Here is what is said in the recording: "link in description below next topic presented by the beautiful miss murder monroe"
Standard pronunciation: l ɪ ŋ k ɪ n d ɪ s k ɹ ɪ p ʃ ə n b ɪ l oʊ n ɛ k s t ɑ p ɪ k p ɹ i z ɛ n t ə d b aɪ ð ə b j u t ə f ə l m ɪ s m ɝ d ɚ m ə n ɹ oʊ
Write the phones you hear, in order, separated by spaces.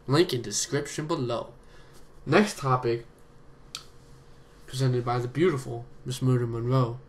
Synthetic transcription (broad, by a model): l ɪ ŋ k ɪ n d ɪ s k ɹ ɪ p ʃ ə n b ɪ l oʊ n ɛ k s t ɑ p ɪ k p ɹ i z ɛ n t ə d b aɪ ð ə b j u t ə f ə l m ɪ s m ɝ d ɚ m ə n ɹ oʊ